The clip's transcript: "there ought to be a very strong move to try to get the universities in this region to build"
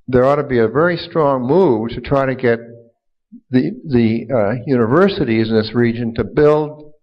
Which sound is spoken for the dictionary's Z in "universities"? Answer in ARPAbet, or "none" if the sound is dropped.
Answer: Z